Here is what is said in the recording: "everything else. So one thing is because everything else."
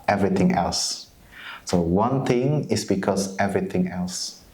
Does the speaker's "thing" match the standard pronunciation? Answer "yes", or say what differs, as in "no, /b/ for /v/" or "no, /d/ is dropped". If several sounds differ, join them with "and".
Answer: no, /t/ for /θ/